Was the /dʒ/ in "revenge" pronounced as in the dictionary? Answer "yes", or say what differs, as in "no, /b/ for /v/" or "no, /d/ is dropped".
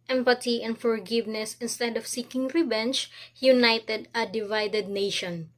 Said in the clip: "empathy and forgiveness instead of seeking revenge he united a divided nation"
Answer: no, /tʃ/ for /dʒ/